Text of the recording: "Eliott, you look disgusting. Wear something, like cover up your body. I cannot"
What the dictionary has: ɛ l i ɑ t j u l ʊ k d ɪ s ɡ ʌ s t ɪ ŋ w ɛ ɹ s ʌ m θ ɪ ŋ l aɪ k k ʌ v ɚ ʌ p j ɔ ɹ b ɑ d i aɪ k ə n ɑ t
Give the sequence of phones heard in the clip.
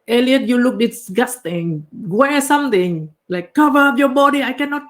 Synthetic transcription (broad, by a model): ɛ l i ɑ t j u l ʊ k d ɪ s ɡ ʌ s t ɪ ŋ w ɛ s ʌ m t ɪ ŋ l aɪ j k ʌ v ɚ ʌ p j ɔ b ɑ d i aɪ k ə n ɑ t